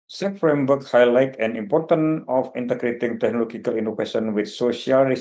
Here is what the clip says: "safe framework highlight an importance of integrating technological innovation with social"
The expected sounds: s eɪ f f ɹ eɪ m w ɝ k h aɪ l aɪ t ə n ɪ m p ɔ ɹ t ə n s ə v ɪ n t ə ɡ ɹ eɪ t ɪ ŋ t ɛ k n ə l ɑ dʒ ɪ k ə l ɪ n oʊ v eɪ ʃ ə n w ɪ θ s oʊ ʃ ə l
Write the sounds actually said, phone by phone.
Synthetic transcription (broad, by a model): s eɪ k f ɹ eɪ m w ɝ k h aɪ l aɪ t ə n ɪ m p ɔ ɹ t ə n ə f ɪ n t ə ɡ ɹ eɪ t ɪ ŋ t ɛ k n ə l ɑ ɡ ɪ k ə l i n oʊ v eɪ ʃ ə n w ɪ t s oʊ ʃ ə l